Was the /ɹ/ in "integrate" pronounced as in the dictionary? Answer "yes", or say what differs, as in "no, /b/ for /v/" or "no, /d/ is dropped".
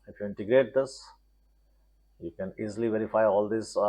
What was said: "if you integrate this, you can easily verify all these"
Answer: yes